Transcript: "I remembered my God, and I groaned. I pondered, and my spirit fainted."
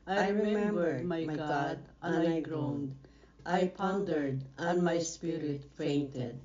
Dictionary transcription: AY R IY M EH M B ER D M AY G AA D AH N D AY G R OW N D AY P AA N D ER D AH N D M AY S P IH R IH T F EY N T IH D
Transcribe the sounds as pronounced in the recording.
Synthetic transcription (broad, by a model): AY R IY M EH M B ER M M AY G AA D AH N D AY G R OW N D AY P AA N D ER D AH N M AY S P IH R IH T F EY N T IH D